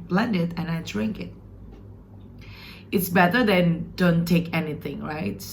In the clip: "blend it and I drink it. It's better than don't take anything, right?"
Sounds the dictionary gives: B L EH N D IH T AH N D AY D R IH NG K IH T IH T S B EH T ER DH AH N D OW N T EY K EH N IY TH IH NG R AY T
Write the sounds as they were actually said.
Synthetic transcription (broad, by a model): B L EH N D IH T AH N AY D R IH NG K IH T IH T S B EH T ER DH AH N D OW N T EY K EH N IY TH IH NG R AY T